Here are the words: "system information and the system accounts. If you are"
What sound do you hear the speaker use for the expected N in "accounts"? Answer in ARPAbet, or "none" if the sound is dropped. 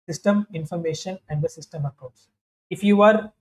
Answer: none